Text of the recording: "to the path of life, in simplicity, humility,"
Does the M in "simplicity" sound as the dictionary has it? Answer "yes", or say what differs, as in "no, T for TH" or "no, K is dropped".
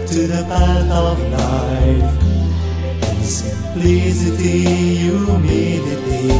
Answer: no, M is dropped